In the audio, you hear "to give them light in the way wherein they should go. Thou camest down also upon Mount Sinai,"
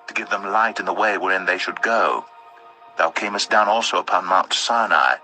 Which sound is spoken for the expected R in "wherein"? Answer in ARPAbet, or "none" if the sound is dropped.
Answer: R